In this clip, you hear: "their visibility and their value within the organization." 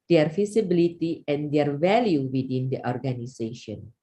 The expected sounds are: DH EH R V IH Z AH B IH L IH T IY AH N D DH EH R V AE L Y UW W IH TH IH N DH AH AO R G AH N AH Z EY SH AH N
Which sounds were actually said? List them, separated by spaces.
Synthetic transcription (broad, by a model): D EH R F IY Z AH B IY L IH T IY AH N D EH R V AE L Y UW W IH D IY N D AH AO R G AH N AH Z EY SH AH N